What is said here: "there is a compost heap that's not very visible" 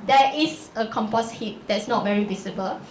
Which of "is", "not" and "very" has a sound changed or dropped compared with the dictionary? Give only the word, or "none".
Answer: is